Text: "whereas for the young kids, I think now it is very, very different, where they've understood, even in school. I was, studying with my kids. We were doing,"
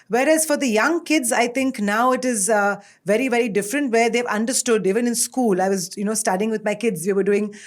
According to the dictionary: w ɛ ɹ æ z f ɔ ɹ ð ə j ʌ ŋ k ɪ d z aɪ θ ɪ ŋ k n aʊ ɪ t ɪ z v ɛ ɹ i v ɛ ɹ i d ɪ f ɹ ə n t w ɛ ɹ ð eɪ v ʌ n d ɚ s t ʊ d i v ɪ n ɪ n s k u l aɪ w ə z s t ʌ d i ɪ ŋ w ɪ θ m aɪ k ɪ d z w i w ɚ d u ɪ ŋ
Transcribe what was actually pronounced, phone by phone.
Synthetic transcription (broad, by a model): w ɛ ɹ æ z f ɔ ɹ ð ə j ʌ ŋ k ɪ d z aɪ t ɪ ŋ k n aʊ ɪ t ɪ z v ɛ ɹ i v ɛ ɹ i d ɪ f ɹ ə n t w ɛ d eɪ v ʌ n d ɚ s t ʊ d i v ɪ n ɪ n s k u l aɪ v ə z s t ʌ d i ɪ ŋ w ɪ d m aɪ k ɪ d z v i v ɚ d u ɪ ŋ